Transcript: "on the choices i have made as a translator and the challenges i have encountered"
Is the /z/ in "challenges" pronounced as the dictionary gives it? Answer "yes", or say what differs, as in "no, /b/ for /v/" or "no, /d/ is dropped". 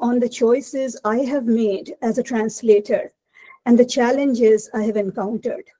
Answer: yes